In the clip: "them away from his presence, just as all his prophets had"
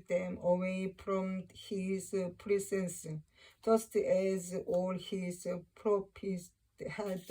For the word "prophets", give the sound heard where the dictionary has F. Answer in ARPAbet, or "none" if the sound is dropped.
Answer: P